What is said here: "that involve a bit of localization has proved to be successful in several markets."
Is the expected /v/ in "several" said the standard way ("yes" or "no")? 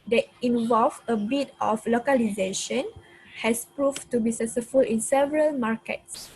yes